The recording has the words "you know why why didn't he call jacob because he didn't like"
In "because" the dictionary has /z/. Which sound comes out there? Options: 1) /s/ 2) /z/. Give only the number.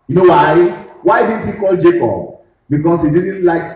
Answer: 1